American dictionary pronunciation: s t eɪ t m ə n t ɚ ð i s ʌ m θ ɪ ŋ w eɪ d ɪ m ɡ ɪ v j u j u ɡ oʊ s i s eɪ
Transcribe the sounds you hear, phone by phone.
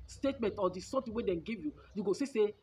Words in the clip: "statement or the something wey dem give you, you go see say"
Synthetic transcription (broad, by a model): s t eɪ t m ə n t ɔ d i s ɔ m t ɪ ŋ w eɪ d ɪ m ɡ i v j u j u ɡ oʊ s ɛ s eɪ